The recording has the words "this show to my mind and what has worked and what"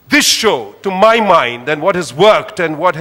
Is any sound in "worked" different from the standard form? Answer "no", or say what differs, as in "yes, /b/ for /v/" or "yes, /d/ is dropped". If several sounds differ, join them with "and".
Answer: no